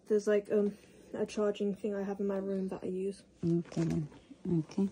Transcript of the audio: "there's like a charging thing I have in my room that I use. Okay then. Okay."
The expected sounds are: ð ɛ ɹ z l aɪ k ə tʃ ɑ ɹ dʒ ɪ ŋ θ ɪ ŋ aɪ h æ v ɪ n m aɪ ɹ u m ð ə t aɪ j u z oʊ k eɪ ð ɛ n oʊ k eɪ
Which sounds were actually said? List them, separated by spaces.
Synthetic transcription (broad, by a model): ð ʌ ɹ z l aɪ k ə tʃ ɑ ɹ dʒ ɪ ŋ θ ɪ ŋ aɪ h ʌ v ɪ n m aɪ ɹ u m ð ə t aɪ j u z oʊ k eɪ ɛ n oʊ k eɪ